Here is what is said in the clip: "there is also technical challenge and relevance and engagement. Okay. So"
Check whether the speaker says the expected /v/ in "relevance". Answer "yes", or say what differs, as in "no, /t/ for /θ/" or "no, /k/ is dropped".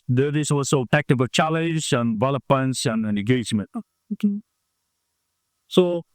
no, /p/ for /v/